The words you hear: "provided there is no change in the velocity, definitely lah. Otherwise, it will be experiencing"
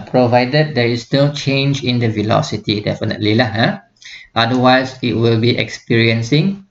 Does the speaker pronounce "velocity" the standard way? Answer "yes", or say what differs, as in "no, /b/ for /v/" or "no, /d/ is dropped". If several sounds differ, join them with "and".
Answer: yes